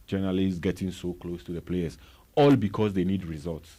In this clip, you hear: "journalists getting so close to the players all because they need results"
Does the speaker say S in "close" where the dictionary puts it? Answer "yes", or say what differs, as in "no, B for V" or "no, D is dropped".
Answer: yes